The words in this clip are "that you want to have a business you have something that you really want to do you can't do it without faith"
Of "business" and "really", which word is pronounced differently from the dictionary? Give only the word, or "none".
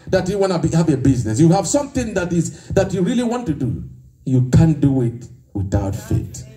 none